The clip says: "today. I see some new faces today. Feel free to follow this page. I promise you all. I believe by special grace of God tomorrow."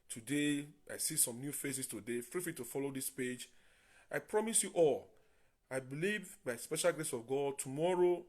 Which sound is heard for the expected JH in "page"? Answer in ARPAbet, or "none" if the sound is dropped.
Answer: JH